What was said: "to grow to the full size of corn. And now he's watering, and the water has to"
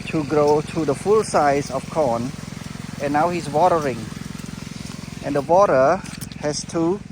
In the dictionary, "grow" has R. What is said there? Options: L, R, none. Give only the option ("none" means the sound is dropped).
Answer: R